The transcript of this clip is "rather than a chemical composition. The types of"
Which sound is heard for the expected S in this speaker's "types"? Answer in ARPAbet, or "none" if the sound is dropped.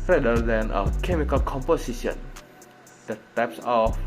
S